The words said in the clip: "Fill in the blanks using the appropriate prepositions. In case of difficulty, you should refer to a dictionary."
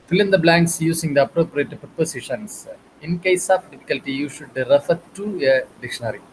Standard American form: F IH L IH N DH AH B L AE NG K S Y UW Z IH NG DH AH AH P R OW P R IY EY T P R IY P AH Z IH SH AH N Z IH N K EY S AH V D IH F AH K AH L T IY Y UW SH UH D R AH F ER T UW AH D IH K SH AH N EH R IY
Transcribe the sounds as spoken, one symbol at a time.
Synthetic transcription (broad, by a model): F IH L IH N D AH B L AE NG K S Y UW S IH NG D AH AH P R OW P R IY EY T P R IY P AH S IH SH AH N S IH N K EY S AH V D IH F AH K AH L T IY Y UW SH UH D R AH F ER T UW AH D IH K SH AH N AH R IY